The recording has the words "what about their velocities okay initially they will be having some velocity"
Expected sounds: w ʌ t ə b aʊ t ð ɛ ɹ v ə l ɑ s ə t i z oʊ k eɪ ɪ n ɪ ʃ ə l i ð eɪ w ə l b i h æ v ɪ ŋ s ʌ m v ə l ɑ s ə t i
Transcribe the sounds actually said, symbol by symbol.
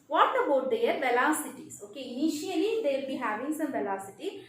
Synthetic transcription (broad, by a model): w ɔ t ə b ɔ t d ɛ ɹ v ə l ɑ s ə t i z oʊ k eɪ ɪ n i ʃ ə i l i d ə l b i h æ v ɪ ŋ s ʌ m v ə l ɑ s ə t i